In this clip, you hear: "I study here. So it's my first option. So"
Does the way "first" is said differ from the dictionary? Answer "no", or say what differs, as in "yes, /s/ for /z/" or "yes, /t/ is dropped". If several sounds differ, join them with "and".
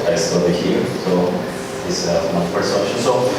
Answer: yes, /p/ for /f/ and /t/ is dropped